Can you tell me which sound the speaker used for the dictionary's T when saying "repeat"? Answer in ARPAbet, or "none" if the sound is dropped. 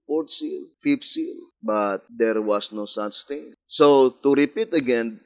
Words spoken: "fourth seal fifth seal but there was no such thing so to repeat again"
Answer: T